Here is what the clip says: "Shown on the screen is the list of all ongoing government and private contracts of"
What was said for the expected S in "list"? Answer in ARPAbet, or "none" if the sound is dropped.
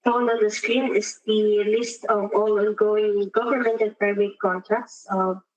S